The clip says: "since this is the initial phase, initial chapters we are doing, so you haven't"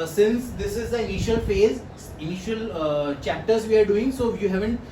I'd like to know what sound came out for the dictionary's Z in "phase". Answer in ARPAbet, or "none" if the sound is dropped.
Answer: Z